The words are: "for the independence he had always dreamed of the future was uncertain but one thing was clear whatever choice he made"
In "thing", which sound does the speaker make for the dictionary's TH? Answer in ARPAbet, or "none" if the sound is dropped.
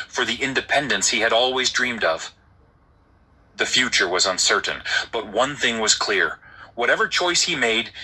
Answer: TH